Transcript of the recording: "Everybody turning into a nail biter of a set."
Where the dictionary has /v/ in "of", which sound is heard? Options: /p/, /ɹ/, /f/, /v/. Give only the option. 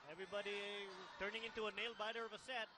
/v/